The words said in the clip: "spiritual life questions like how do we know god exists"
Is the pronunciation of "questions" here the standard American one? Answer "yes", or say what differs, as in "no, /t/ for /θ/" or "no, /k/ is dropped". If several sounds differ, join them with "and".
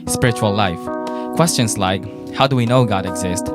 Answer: no, /s/ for /z/